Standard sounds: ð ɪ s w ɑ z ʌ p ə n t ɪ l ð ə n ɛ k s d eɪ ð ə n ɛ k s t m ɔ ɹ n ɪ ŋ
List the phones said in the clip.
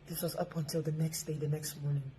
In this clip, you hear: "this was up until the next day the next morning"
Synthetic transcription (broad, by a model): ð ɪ s w ɑ z ʌ p ə n t ɪ l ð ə n ɛ k s d eɪ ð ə n ɛ k s t m ɔ ɹ n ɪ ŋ